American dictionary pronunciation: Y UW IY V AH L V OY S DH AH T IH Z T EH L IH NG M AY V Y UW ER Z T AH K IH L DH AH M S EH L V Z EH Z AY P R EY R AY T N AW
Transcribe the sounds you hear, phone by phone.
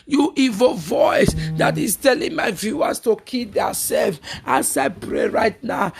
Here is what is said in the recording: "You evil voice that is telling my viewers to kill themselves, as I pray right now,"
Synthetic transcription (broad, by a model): Y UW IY V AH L V OY S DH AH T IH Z T EH L IH NG M AY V Y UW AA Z T AH K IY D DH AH S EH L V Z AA S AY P R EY R AY T N AW